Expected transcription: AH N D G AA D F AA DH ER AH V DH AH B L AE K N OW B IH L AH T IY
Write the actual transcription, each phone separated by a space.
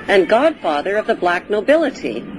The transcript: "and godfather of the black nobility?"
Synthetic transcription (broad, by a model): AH N G AA D F AA DH ER AH V DH AH B L AE K N OW B IH L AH T IY